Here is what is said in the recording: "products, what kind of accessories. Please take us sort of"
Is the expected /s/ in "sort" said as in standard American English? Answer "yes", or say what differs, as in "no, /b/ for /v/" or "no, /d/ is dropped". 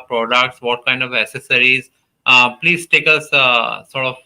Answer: yes